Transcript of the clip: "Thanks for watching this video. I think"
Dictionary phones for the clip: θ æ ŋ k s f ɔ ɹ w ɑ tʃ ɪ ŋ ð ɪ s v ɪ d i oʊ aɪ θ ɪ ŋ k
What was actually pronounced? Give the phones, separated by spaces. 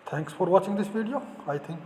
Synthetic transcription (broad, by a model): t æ ŋ k s f ɔ ɹ w ɑ tʃ ɪ ŋ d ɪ s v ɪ d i oʊ aɪ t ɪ ŋ k